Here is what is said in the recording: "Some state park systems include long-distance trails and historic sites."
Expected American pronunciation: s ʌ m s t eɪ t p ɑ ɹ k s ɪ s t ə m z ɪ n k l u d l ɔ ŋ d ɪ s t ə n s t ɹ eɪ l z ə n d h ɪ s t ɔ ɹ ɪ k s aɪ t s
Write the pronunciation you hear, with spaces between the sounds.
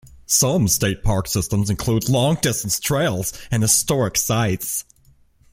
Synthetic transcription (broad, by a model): s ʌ m s t eɪ t p ɑ ɹ k s ɪ s t ə m z ɪ n k l u d l ɔ ŋ d ɪ s t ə n s t ɹ eɪ l z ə n h ɪ s t ɔ ɹ ɪ k s aɪ t s